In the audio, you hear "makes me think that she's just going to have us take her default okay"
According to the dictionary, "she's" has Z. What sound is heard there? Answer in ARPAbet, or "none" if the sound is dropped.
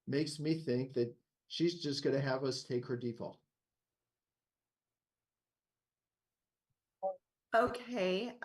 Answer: Z